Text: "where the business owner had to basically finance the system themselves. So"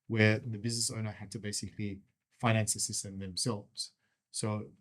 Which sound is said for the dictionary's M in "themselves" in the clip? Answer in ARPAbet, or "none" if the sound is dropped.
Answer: M